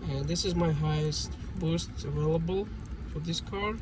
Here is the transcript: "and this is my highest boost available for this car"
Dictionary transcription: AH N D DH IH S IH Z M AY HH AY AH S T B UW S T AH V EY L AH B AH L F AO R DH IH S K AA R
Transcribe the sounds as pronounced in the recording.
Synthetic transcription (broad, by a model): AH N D DH IH S IH Z M AY HH AY AH S T B UW S T AH V EY L AH B AH L F AO R DH IH S K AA R